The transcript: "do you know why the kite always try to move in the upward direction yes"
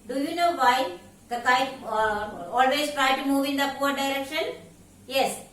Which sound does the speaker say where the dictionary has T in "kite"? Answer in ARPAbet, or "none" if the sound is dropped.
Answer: none